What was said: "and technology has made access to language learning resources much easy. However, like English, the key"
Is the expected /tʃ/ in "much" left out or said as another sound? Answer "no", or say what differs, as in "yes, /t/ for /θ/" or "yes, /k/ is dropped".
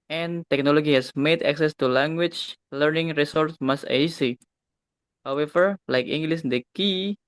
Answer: yes, /s/ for /tʃ/